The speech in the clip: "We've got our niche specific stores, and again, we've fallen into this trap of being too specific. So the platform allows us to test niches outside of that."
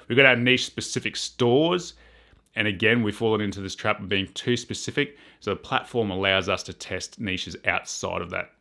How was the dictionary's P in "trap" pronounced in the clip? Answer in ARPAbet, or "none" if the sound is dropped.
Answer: P